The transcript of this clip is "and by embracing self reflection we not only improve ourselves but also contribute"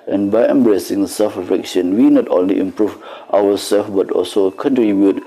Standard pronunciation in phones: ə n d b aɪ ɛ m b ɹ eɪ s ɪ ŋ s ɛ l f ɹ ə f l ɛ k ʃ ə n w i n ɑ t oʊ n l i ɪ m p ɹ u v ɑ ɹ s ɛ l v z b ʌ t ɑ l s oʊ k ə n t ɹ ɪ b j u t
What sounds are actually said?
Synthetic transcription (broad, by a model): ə n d b aɪ ɛ m b ɹ eɪ s ɪ ŋ s ɛ l f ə f ɛ k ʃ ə n w i n ɑ t oʊ n l i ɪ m p ɹ u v ɑ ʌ s ɛ l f b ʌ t ɑ l s oʊ k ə n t ɹ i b j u t